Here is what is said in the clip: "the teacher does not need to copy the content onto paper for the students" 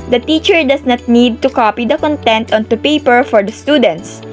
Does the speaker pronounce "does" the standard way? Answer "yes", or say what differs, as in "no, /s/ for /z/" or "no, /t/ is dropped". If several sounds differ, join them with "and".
no, /s/ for /z/